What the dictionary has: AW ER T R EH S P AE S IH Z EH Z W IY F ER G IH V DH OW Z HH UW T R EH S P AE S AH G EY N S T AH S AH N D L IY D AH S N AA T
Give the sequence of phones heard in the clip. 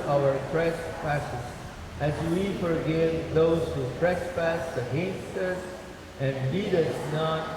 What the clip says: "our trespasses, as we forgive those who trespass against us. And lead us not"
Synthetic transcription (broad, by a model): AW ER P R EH S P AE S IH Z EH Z W IY F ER G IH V DH OW Z HH UW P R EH S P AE S AH G EY N S T AH S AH N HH IY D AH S N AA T